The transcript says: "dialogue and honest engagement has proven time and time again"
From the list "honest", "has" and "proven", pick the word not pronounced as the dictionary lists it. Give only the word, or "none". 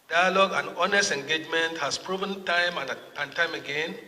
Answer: has